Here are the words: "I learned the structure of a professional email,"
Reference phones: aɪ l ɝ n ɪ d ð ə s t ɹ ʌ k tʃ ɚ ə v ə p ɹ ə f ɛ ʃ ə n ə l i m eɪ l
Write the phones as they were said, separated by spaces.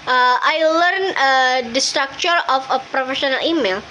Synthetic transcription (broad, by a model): aɪ l ɝ n ɪ d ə s t ɹ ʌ k tʃ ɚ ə f ə p ɹ ə f ɛ ʃ ə n ə l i m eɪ l